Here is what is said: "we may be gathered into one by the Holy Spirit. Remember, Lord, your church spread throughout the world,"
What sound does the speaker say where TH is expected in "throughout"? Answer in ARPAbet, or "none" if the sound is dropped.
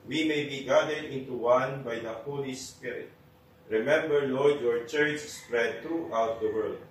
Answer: T